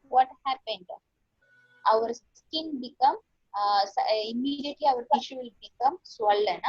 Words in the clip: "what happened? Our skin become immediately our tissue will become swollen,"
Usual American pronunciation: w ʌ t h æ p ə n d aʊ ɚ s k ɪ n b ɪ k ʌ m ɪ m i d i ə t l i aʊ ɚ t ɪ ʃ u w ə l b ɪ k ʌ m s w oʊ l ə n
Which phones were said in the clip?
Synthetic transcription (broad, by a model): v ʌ t h æ p ə n d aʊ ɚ s k ɪ n b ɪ k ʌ m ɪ m i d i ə t l i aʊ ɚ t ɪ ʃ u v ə l b ɪ k ʌ m s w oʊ l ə n